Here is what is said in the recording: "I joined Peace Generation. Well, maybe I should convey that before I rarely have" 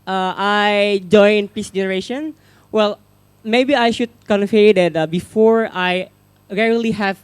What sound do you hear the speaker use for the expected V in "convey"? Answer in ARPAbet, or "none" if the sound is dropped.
F